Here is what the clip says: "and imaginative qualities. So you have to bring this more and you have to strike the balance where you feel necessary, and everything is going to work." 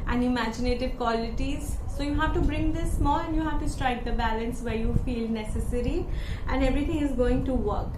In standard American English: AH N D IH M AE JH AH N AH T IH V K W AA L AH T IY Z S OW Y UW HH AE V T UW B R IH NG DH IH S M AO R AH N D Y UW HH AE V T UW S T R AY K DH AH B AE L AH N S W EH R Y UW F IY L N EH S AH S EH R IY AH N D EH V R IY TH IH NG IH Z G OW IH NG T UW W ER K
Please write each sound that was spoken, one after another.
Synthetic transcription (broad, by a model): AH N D IH M AE JH AH N AH T IH V K W AA L AH T IY Z S OW Y UW HH AE V T UW B R IH NG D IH S M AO L AH N D Y UW HH AE V T UW S T R AY K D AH B AE L AH N S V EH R Y UW F IY L N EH S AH S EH R IY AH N D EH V R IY T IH NG IH Z G OW IH NG T UW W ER K